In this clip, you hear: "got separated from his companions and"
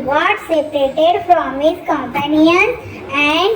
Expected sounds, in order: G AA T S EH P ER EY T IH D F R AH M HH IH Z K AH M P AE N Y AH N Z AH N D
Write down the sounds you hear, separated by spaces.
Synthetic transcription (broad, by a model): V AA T S EH P ER EY T IH D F R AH M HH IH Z K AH M P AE N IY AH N AH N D